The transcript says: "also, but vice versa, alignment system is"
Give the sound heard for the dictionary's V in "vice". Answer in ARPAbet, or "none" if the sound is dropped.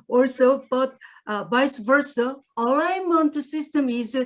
B